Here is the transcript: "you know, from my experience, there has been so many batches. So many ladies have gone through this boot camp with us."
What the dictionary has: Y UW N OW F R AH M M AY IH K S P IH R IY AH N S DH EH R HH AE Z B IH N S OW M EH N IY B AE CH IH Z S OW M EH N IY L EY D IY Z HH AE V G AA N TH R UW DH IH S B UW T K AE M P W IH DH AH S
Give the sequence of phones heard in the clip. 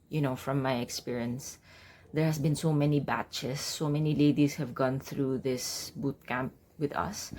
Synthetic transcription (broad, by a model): Y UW N OW F R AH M M AY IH K S P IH R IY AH N S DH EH R HH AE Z B IH N S OW M EH N IY B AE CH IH S OW M EH N IY L EY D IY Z HH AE V G AA N TH R UW DH IH S B UW T K AE M P W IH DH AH S